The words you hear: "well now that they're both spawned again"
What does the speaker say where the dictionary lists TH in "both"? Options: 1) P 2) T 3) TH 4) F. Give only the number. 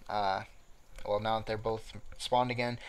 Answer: 3